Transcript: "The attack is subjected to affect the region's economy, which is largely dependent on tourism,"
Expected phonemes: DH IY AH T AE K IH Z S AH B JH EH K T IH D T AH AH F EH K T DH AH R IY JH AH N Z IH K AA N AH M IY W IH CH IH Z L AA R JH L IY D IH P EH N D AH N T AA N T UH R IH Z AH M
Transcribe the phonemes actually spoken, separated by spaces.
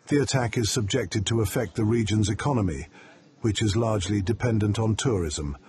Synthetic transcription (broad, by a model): DH IY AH T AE K IH Z S AH B JH EH K T IH D T AH AH F EH K T DH AH R IY JH AH N Z IH K AA N AH M IY W IH CH IH Z L AA R JH L IY D IH P EH N D AH N T N T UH R IH Z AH M